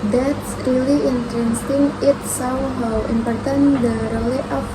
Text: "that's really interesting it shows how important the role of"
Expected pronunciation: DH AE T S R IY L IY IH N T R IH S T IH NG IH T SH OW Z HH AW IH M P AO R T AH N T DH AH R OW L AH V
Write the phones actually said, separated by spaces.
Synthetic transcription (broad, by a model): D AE T S R IY L IY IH N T R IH S T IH NG IH T S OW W HH AW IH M P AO R T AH N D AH R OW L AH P